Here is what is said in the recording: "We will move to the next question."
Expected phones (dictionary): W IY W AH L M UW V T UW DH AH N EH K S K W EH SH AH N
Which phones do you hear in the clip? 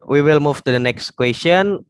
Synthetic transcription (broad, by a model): W IY W AH L M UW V T UW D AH N EH K S K W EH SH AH N